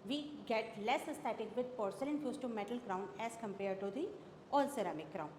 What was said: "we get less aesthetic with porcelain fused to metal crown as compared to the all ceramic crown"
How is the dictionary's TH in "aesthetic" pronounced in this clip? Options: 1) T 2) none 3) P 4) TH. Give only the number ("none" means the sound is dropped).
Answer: 1